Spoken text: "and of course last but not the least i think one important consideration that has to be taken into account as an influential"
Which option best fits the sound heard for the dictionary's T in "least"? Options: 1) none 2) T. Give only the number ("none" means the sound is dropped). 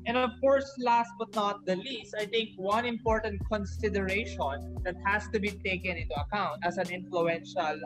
2